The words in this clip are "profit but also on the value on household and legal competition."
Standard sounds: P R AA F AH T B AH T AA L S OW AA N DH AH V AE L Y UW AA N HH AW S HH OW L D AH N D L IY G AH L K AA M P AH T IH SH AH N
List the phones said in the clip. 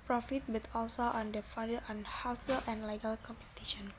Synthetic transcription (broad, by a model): P R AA F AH T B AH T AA L S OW AA N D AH F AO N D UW AA N HH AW S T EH L AH N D L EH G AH L K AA M P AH T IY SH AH N